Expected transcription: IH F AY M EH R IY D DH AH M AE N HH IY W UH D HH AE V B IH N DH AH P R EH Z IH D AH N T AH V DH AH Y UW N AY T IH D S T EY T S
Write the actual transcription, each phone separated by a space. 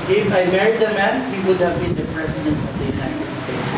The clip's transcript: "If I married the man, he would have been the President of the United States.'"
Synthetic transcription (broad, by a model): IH F AY M EH R IY D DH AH M AE N HH IY W UH D HH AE V B IH N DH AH P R EH S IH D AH N T AH V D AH Y UW N AY T IH D S T EY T S